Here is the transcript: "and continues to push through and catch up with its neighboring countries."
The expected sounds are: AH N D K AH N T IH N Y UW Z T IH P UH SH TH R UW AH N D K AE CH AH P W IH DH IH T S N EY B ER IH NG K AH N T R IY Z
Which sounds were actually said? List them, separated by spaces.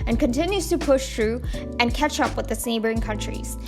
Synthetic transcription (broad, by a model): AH N K AH N T IH N Y UW Z T IH P UH SH TH R UW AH N K AE CH AH P W IH DH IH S N EY B ER IH NG K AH N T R IY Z